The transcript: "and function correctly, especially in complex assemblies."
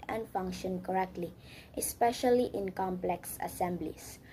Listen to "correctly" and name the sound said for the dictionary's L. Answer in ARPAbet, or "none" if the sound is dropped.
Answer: L